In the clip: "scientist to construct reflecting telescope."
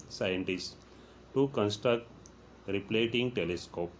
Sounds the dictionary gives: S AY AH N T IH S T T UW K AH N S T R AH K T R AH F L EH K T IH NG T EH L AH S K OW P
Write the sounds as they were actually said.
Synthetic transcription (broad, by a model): S AY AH N T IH S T T UW K AH N S T R AH K T R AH P L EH T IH NG T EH L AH S K OW P